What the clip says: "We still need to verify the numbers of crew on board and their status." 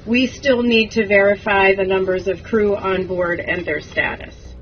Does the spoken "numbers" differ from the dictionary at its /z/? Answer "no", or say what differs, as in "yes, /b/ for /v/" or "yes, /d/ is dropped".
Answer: no